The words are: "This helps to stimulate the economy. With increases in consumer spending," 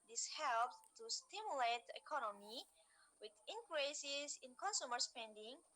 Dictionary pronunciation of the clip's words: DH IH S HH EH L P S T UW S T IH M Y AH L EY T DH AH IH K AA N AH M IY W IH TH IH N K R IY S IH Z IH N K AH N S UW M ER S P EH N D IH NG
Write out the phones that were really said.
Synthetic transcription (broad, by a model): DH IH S HH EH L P T UW S T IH M Y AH L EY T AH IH K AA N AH M IY W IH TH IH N K R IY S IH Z IH N K AH N S UW M ER S P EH N D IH NG